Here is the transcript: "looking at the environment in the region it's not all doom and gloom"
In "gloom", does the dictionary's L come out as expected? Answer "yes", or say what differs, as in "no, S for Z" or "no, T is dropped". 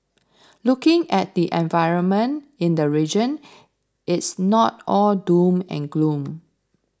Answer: yes